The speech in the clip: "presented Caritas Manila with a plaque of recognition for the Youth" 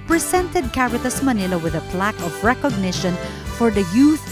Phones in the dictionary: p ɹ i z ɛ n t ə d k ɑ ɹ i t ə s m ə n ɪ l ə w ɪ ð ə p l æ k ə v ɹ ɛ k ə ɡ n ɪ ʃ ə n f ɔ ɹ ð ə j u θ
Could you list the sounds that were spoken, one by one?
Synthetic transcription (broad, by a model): p ɹ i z ɛ n t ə d k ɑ ɹ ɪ t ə s m ə n ɪ l ə w ɪ ð ə p l æ k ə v ɹ ɛ k ə ɡ n ɪ ʃ ə n f ɔ ɹ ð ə j u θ